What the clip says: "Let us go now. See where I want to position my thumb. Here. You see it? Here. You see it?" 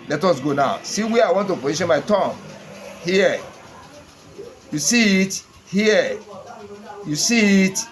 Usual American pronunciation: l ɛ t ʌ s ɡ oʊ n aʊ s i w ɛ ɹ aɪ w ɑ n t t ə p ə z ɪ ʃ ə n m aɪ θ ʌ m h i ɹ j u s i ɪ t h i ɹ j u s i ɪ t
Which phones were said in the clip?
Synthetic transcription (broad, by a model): l ɛ t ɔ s ɡ oʊ n aʊ s i w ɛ aɪ w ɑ n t t ə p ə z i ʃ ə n m aɪ t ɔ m h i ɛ j u s i ɪ t h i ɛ j u s i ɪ t